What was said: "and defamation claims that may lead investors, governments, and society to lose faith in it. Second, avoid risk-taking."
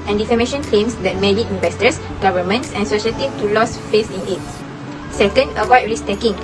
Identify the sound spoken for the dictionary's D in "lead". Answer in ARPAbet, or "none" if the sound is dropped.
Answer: none